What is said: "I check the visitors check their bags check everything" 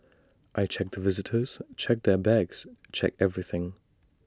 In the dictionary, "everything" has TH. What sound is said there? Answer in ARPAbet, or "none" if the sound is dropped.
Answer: TH